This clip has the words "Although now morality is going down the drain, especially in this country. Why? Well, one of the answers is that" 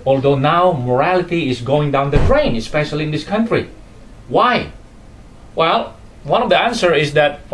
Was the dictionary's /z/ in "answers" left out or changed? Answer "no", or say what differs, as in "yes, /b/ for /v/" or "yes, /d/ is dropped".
yes, /z/ is dropped